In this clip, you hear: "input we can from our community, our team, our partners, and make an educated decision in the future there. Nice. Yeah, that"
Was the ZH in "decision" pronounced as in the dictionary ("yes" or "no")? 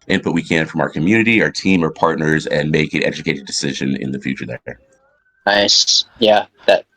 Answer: yes